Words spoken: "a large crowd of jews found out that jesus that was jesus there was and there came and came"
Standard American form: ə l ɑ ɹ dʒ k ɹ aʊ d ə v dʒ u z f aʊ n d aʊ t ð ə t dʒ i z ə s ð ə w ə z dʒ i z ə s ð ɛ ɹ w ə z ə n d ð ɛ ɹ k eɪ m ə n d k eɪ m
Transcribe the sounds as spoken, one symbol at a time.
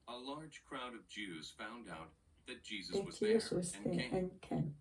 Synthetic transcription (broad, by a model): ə l ɑ ɹ dʒ k ɹ aʊ d ə v dʒ u z f aʊ n d aʊ t ð ə t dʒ i z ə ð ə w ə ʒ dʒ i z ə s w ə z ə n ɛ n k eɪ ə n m